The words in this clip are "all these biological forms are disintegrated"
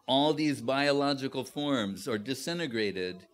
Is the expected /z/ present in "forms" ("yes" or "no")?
yes